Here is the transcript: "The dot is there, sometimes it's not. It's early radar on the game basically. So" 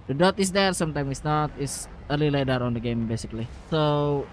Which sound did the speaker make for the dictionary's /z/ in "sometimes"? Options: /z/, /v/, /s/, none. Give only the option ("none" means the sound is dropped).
none